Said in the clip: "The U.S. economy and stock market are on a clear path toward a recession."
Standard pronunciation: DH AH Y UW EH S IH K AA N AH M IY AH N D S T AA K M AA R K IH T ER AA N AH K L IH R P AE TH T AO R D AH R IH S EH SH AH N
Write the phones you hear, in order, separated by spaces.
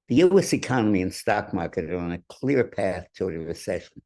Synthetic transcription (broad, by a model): DH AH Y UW EH S IH K AA N AH M IY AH N S T AA K M AA R K IH T ER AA N AH K L IH R P AE TH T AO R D AH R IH S EH SH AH N